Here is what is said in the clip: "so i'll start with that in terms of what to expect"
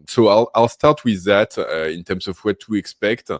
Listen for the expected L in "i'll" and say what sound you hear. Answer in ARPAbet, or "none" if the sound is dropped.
L